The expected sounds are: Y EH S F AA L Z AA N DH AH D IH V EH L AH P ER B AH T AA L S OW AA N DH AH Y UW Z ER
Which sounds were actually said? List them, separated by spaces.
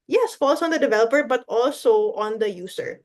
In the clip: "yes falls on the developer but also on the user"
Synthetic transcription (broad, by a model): Y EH S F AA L S AA N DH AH D IH V EH L AH P ER B AH T AA L S OW AA N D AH Y UW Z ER